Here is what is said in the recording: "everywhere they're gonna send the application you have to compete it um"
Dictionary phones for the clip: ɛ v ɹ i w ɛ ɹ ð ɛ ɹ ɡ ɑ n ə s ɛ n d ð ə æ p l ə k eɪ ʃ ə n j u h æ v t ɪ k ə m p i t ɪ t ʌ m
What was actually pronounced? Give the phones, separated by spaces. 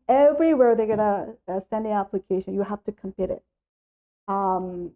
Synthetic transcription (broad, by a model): ɛ v ɹ i w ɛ ɹ ð ɛ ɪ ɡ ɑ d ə s ɛ n d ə æ p l ə k eɪ ʃ ə n j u h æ f t ɪ k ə m p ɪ t ɪ t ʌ m